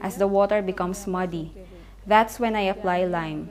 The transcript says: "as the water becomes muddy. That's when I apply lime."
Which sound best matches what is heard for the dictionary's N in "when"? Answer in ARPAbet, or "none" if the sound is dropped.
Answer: N